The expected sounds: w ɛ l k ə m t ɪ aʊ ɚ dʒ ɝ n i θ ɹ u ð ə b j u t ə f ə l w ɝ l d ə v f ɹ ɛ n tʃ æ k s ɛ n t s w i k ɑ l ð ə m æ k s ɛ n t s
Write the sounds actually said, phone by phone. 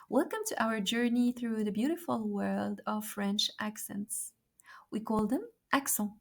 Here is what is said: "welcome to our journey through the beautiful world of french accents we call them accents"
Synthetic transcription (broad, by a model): w ɛ l k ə m t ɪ aʊ ɚ dʒ ɝ n i θ ɹ u ð ə b j u t ə f ə l w ɝ l d ə v f ɹ ɛ n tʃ æ k s ɛ n t s w i k ɑ l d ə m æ k s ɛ